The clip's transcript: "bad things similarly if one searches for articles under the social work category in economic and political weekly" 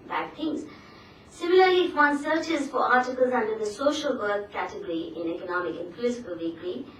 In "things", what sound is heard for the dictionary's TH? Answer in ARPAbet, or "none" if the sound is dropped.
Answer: T